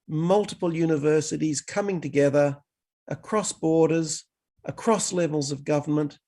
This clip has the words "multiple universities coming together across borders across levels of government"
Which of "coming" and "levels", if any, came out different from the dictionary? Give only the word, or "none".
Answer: none